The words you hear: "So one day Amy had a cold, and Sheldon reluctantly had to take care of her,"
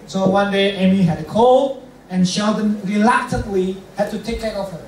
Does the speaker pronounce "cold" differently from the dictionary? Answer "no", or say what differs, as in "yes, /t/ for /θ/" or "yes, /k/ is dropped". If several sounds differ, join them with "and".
yes, /d/ is dropped